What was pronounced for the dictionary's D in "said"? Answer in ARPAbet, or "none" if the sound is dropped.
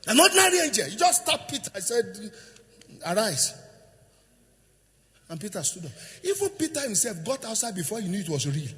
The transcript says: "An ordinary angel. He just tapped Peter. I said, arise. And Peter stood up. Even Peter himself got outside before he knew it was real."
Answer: D